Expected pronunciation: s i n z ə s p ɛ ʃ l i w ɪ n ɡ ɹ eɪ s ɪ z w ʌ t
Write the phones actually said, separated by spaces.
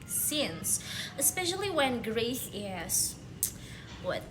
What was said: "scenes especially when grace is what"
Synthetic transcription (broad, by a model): s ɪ n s ə s p ɛ ʃ l i w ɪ n ɡ ɹ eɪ θ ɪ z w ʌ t